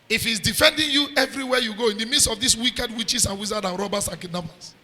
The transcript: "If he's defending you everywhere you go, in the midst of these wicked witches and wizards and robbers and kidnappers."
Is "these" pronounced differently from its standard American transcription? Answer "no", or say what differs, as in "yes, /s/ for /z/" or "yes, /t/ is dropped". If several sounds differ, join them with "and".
yes, /s/ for /z/